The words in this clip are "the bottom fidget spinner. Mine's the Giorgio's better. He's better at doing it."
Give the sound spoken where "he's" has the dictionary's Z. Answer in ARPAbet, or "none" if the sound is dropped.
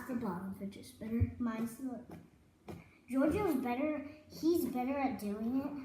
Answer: Z